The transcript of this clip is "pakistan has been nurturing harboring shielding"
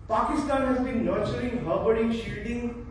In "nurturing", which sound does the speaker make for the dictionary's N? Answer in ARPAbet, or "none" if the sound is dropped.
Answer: L